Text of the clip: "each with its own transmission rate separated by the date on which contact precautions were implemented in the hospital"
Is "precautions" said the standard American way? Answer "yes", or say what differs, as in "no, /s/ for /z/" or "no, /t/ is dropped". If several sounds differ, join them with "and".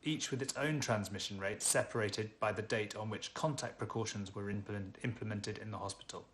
yes